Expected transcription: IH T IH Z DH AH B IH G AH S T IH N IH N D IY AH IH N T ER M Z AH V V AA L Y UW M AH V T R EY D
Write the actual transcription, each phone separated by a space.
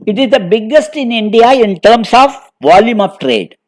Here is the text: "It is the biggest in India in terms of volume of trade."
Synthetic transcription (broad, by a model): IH T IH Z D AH B IH G AH S T IH N IH N D IY AH IH N T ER M S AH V V AA L Y UW M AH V T R EY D